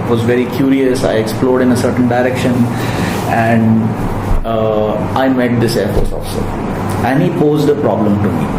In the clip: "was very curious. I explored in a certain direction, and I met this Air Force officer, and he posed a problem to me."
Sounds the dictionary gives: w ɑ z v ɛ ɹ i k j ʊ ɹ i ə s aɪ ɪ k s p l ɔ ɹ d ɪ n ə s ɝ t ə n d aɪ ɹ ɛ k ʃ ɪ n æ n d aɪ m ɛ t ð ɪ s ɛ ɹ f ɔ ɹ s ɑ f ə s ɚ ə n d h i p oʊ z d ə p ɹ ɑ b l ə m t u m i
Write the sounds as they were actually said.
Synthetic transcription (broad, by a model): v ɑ z v ɛ ɹ i k j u ɹ i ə s aɪ ɪ k s p l ɔ ɹ d ɪ n ə s ɝ t ə n d aɪ ɹ ɛ k ʃ ɪ n æ n d aɪ m ɛ t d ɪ s ɛ ɹ f ɔ ɹ s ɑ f s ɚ ə n d h i p oʊ z d ə p ɹ ɑ b l ə m t u m i